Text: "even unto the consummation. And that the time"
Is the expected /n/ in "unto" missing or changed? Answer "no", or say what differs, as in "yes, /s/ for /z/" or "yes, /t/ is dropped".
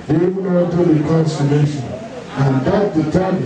yes, /n/ is dropped